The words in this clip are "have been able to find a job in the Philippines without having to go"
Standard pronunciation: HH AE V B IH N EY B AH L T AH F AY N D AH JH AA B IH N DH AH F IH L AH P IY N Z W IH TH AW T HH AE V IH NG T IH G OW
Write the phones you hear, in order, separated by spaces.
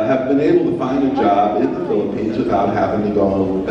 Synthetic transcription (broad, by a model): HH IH V B IH N EY B L T AH F AY N D AH JH AA B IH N DH AH F IH L AH P IY N Z W IH TH AW T HH AE V IH NG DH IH G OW